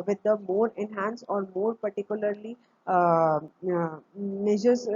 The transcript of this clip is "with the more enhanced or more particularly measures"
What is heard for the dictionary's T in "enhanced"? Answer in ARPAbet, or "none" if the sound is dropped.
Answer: none